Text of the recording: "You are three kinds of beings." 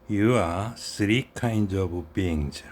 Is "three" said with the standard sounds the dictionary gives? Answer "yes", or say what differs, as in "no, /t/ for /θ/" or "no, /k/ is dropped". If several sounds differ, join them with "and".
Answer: no, /s/ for /θ/